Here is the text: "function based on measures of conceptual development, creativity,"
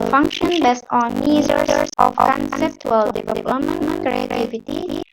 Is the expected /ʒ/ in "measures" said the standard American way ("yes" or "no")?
no